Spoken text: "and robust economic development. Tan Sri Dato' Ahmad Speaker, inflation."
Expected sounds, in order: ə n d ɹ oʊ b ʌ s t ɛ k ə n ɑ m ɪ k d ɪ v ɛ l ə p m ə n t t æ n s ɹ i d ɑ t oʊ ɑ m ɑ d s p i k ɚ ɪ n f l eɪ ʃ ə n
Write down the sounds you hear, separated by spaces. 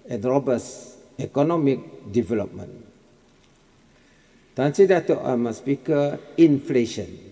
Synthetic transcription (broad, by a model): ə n ɹ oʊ b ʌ s ɛ k ə n ɑ m ɪ k d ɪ v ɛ l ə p m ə n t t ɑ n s i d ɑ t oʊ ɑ m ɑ s p i k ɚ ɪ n f l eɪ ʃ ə n